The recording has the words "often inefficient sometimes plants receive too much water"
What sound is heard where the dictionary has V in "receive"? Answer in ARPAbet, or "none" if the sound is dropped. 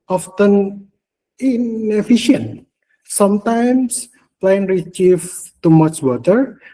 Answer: F